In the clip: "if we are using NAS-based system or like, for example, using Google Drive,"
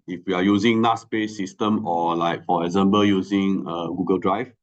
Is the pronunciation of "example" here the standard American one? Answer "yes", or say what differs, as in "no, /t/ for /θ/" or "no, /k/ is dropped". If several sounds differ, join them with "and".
no, /b/ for /p/